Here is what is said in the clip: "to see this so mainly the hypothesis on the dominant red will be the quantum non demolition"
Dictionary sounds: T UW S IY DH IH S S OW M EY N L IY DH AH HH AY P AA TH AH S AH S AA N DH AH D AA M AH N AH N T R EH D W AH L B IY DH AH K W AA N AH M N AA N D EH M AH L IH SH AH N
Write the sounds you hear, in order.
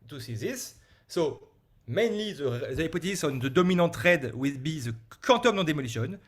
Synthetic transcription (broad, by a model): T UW S IY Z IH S S OW M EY N L IY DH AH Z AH AA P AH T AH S AA N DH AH D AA M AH N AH T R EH D W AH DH B IY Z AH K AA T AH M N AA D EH M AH L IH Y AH N